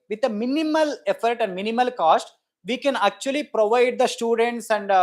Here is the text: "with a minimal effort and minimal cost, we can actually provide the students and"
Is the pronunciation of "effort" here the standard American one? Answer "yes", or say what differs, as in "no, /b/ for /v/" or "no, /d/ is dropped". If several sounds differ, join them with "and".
yes